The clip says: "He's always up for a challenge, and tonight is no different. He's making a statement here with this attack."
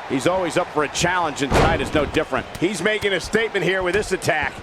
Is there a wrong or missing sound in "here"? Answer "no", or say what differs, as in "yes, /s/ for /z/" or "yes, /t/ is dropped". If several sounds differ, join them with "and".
no